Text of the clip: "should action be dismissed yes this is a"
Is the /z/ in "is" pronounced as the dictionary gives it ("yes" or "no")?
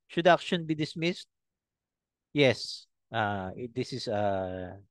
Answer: no